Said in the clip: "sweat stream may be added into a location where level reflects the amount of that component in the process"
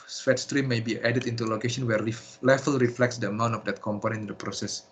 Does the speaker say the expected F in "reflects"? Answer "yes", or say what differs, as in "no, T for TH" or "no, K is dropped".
yes